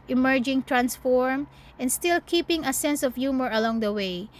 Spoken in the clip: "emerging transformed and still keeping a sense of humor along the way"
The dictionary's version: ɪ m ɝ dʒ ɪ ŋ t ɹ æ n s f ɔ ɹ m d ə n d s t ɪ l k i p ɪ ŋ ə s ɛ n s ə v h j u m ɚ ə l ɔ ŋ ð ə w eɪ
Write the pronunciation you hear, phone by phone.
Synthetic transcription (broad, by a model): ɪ m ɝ dʒ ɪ ŋ t ɹ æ n s f ɔ ɹ m ə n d s t ɪ l k i p ɪ ŋ ə s ɛ n s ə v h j u m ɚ ə l ɔ ŋ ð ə w eɪ